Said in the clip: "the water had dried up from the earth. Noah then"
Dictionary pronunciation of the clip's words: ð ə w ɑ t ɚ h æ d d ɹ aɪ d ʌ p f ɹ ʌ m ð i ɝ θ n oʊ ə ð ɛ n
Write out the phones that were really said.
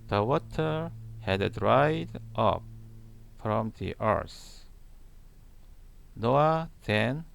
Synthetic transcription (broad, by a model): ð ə w ɑ t ɚ h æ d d ɹ aɪ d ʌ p f ɹ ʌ m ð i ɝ s n oʊ ə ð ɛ n